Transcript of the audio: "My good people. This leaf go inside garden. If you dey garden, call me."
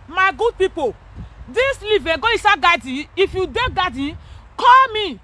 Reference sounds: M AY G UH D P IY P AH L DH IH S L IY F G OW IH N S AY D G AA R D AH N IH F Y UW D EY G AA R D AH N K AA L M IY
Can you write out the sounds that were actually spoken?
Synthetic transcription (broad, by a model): M AY G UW D P IY P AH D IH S L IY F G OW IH S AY G AA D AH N IH F Y UW D EY G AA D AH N K AA L M IY